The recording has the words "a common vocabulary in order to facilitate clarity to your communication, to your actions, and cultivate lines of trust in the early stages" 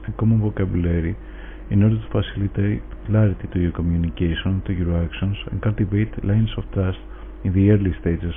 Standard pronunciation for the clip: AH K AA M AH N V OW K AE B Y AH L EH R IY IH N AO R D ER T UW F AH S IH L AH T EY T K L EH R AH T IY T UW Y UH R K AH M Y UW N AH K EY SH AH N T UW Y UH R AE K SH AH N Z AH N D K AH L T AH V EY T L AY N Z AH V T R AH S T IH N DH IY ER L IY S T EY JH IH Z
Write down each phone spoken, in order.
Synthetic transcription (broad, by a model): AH K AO M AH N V OW K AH B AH L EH R IY IH N AO R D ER T UW F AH S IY L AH T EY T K L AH R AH T IY T UW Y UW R K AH M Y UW N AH K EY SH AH N T UW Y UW R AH K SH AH N S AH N K AH L T AH V EY T L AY N S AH F T R AH S T IH N DH IY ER L IY S T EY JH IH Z